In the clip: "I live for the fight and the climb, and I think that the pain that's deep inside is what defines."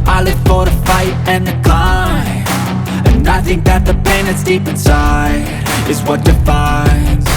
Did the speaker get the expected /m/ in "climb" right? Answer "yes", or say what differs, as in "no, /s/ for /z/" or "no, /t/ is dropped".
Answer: no, /m/ is dropped